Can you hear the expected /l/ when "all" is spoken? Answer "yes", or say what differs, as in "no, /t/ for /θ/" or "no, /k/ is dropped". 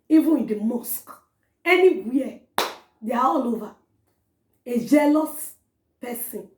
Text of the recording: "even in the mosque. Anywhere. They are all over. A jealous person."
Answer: yes